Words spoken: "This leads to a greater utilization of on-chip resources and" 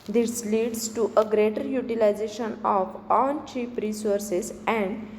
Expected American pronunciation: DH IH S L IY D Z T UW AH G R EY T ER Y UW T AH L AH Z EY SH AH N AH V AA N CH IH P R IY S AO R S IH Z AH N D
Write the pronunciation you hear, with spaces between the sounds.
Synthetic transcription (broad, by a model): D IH S L IY D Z T UW AH G R EY T ER Y UW T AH L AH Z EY SH AH N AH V AA N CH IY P R IY S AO R S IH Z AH N D